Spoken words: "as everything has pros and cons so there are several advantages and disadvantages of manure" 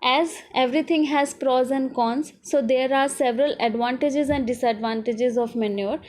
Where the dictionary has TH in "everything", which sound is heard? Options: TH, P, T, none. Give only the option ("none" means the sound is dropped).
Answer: T